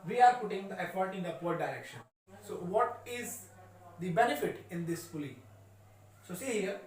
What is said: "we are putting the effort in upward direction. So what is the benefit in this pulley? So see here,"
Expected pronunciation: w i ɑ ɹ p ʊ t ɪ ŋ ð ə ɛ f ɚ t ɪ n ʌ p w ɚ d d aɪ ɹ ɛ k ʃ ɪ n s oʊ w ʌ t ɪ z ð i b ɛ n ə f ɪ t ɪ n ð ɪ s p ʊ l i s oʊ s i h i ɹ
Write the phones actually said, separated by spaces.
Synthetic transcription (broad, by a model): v i ɑ ɹ p ʊ t ɪ ŋ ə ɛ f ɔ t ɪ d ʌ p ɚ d d aɪ ɹ ɛ k ʃ ɪ n s oʊ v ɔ t ɪ z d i b ɛ n ə f ɪ t ɪ n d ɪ s f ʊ l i s oʊ s i h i ɹ